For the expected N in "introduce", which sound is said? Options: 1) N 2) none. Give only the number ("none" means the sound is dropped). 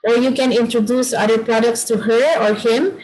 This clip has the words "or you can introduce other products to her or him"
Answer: 1